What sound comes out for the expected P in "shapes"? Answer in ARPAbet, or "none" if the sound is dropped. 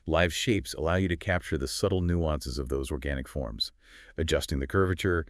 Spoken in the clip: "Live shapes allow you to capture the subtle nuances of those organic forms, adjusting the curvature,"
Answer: P